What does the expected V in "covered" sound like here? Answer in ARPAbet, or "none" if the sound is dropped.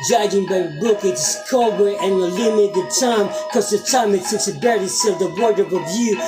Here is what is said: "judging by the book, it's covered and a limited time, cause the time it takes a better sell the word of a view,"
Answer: B